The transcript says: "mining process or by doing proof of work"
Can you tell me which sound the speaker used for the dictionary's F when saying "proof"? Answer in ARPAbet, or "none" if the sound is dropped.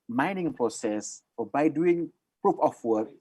P